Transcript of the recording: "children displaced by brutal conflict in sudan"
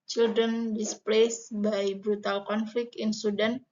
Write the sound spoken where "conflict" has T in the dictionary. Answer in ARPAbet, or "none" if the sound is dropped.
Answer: none